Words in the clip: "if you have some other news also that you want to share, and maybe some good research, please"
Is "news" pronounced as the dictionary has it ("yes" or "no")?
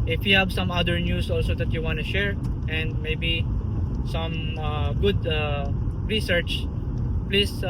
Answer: no